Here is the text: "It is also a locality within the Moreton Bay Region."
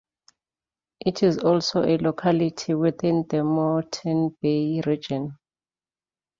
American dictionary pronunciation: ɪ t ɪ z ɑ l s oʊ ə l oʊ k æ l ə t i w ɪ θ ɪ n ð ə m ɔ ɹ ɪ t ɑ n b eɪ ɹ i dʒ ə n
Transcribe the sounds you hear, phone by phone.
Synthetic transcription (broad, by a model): ɪ t ɪ z ɑ l s oʊ ə l oʊ k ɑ l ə t i w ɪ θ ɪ n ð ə m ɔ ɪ t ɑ n b eɪ ɹ i dʒ ə n